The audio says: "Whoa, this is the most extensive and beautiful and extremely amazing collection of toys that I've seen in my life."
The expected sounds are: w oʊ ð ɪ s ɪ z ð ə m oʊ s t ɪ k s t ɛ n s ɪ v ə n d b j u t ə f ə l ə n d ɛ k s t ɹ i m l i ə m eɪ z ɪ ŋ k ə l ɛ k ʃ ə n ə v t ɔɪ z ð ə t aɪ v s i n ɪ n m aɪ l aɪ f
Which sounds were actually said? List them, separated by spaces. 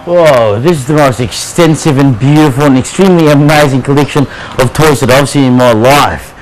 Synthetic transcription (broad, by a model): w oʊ ð ɪ s ɪ z ð ə m oʊ s t ɪ k s t ɛ n s ɪ v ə n b j u t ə f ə l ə n ɛ k s t ɹ i m l i ə m eɪ z ɪ ŋ k ə l ɛ k ʃ ə n ə v t ɔɪ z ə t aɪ v s i ɪ n m aɪ l aɪ f